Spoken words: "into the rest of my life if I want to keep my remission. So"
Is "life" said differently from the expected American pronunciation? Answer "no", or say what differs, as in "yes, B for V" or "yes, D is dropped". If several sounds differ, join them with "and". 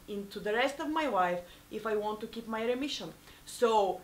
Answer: yes, W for L